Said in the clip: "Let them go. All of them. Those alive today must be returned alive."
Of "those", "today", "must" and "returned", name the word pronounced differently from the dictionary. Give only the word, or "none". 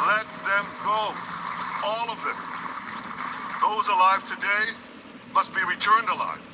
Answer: none